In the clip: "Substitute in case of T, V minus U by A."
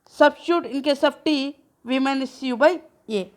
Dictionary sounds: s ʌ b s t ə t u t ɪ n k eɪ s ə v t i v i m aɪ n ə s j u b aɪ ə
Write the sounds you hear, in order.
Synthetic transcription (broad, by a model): s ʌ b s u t ɪ n k eɪ s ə p t i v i m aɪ n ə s j u b aɪ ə